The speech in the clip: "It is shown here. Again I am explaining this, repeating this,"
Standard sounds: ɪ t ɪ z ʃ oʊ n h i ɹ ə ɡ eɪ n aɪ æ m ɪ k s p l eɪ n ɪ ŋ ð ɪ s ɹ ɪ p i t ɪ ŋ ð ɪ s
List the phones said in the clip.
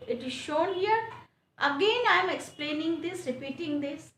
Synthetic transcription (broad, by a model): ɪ t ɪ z ʃ oʊ n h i ɹ ə ɡ eɪ n aɪ m ɪ k s p l eɪ n ɪ ŋ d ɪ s ɹ ɪ p i t ɪ ŋ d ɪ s